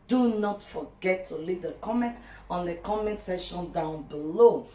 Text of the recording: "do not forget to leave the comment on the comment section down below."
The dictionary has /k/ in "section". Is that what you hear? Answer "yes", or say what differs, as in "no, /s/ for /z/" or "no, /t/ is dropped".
no, /k/ is dropped